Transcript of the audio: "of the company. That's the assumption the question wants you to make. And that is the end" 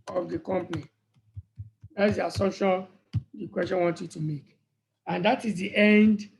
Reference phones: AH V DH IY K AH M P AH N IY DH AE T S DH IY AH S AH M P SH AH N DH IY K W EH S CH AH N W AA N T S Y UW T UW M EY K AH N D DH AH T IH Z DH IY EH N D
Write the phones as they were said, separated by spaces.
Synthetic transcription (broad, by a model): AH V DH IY K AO M P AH N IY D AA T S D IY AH S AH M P SH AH N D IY K W EH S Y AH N W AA N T Y UW T UW M EY K AH N D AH T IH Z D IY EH N D